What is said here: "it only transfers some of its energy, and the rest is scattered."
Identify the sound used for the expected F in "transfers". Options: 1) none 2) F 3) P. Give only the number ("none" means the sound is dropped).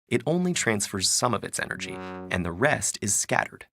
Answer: 2